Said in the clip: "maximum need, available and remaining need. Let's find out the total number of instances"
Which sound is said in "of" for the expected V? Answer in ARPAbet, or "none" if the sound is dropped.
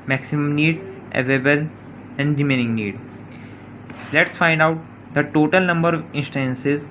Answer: V